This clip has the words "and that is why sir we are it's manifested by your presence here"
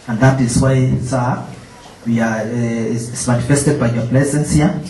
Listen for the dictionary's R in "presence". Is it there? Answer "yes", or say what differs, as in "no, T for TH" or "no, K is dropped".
no, L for R